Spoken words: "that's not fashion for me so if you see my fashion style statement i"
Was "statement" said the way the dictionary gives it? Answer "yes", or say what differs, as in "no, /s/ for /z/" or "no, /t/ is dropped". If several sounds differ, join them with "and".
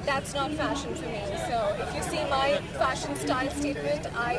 no, /n/ is dropped